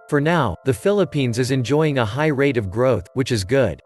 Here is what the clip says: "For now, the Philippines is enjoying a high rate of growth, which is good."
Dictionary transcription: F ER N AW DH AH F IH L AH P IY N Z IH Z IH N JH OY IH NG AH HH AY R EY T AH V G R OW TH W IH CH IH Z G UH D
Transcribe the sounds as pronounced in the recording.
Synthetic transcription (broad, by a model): F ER N AW DH AH F IH L AH P IY N Z IH Z IH N JH OY IH NG AH HH AY R EY T AH V G R OW TH W IH CH IH Z G UH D